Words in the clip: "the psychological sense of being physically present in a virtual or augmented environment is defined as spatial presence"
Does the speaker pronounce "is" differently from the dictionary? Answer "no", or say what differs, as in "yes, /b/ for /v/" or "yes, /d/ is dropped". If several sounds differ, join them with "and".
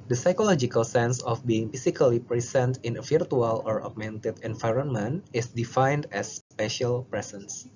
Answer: yes, /s/ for /z/